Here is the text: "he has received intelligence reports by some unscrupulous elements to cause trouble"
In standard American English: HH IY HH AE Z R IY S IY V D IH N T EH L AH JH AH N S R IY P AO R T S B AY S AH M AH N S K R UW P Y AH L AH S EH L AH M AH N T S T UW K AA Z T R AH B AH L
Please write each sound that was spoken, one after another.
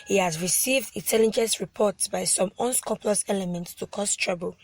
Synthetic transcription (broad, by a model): HH IY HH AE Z R IY S IY V D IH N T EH L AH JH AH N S R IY P AO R T S B AY S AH M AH N S K UW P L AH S EH L AH M AH N T S T UW K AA S T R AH B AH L